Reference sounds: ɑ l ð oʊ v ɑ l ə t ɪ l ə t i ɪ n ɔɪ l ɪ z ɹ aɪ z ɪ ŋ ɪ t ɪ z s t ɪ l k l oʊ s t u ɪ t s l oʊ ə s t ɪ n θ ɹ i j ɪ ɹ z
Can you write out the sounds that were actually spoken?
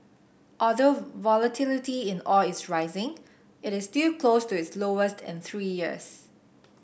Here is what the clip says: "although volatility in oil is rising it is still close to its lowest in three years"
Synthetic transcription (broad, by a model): ɑ l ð oʊ v ɑ l ə t ɪ l ə t i ɪ n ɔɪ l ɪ s ɹ aɪ z ɪ ŋ ɪ t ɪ s t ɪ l k l oʊ s t u ɪ t s l oʊ ə s t ɪ n θ ɹ i j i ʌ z